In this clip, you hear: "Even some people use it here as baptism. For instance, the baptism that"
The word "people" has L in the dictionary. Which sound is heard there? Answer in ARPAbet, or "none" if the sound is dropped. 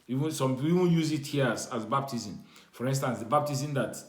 N